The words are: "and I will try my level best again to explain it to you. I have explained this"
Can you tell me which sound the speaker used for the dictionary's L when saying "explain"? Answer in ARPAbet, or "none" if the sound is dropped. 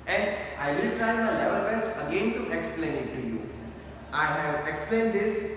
L